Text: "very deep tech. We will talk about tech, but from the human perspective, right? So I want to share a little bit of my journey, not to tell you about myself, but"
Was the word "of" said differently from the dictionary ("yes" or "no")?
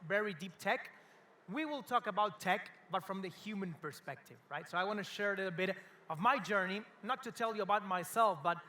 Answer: no